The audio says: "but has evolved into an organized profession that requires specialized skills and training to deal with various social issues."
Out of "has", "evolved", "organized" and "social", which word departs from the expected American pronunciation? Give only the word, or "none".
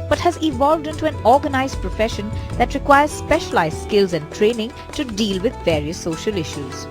none